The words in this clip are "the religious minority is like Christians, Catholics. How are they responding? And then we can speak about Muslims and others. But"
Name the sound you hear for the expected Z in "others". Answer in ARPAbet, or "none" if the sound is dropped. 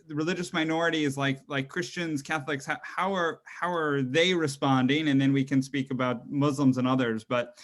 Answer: Z